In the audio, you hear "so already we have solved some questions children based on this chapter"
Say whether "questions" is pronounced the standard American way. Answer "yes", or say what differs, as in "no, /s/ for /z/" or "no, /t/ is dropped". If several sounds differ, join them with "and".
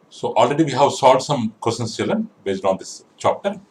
no, /tʃ/ is dropped